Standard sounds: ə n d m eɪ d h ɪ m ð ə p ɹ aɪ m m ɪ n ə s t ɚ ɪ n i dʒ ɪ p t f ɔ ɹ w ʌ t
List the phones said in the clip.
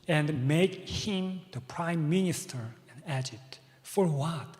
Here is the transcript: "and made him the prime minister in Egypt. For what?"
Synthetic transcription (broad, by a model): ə n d m eɪ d h ɪ m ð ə p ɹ aɪ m m ɪ n ə s t ɚ ɪ n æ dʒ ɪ t f ɔ ɹ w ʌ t